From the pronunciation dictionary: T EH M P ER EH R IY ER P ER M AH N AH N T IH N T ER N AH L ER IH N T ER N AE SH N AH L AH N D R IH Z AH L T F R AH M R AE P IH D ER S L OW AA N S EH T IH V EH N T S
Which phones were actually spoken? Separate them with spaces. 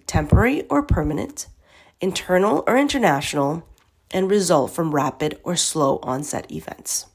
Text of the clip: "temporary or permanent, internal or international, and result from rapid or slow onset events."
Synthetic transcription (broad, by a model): T EH M P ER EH R IY ER P ER M AH N AH N T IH N T ER N L ER IH N T ER N AE SH N L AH N R IH Z AH L T F R AH M R AE P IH D ER S L OW AA N S EH T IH V EH N T S